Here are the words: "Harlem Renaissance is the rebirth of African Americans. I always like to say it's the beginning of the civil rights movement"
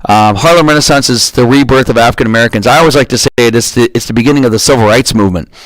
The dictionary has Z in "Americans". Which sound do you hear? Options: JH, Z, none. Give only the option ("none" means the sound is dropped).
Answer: Z